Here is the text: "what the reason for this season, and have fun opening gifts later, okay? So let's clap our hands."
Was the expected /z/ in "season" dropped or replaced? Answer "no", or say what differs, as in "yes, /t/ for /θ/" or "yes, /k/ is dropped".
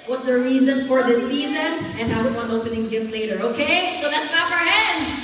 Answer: no